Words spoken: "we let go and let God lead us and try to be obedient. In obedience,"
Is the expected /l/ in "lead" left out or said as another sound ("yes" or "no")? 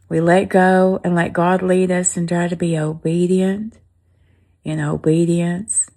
no